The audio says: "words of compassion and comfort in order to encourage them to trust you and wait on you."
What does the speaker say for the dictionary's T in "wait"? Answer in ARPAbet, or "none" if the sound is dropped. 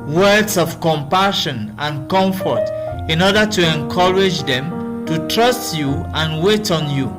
T